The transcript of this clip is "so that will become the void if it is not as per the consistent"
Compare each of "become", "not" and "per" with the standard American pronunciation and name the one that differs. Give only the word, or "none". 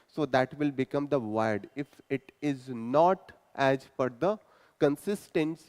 per